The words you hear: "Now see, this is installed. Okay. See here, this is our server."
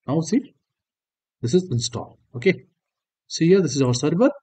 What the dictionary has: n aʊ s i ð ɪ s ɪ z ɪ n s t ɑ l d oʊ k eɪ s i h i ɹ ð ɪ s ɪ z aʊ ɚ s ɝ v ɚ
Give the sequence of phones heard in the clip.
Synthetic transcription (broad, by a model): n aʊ s i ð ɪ s ɪ z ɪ n s t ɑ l oʊ k eɪ s i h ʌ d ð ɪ s ɪ z aʊ ɚ s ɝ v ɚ